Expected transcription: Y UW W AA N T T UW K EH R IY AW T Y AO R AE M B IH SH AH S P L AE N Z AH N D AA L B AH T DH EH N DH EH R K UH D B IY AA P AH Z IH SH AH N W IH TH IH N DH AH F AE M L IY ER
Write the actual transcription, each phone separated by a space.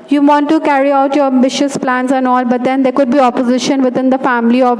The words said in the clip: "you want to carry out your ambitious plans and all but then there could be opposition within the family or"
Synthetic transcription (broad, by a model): Y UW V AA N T T UW K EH R IY AW T Y AO R AE M B IH SH AH S P L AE N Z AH N AA L B AH T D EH N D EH R K UH D B IY AA P AH Z IH SH AH N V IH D IH N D AH F AE M L IY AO